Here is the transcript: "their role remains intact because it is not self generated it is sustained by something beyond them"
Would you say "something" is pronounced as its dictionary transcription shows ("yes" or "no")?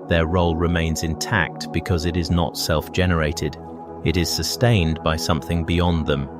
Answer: yes